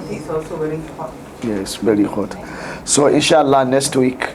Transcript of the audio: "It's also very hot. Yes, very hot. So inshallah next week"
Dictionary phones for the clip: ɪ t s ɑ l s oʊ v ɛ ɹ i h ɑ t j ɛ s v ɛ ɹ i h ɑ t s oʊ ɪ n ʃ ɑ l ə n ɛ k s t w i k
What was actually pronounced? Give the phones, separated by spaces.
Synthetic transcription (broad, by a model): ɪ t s ɑ l s oʊ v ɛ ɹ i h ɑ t j ɛ s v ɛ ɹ i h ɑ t s oʊ ɪ n ʃ ɑ l ə n ɛ k s t w i k